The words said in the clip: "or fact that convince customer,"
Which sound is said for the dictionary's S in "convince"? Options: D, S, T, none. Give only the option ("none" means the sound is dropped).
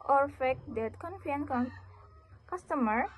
none